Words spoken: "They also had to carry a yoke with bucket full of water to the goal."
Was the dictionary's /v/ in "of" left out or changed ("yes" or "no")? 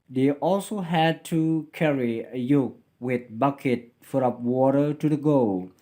yes